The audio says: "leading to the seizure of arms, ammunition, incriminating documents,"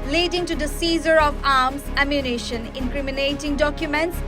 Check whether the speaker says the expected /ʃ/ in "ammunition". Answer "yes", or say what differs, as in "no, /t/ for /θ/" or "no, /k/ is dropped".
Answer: yes